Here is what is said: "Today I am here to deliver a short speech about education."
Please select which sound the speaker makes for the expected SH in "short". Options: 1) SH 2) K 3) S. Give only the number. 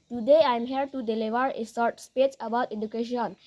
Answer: 3